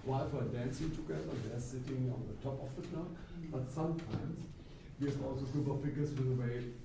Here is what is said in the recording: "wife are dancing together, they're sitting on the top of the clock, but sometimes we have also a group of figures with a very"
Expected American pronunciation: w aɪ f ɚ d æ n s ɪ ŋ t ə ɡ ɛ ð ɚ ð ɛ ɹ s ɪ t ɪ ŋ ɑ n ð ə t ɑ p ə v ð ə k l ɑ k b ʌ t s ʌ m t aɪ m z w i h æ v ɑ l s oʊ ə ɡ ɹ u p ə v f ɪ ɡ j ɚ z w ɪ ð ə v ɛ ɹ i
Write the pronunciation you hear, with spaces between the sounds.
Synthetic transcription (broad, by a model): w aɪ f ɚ d æ n s ɪ ŋ t ə ɡ ɛ ð ɚ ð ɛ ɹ s ɪ t ɪ ŋ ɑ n ð ə t ɑ p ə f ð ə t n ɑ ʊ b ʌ t s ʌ m t aɪ m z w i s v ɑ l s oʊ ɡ u b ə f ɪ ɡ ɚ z w ɪ ð ə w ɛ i